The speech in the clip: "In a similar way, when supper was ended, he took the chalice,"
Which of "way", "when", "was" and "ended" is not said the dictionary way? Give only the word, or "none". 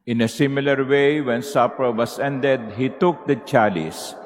was